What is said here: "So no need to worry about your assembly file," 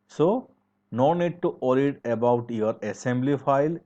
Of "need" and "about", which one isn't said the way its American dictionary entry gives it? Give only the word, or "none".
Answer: none